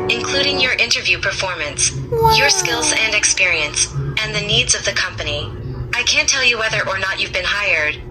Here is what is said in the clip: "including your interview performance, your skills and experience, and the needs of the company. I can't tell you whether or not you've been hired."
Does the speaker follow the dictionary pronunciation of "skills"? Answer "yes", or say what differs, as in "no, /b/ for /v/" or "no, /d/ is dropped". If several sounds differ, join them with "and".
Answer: yes